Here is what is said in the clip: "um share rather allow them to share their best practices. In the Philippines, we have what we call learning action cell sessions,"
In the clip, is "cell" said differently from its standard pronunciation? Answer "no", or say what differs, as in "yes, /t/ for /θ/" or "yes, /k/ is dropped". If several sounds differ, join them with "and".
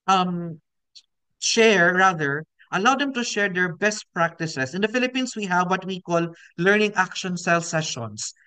no